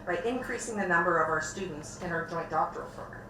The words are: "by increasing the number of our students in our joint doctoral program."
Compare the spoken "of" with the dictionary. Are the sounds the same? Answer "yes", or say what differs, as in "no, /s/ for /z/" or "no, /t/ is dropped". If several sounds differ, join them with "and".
yes